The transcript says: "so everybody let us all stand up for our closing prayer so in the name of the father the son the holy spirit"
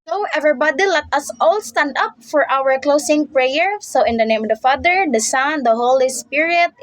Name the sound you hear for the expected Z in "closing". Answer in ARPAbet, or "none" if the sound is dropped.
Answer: S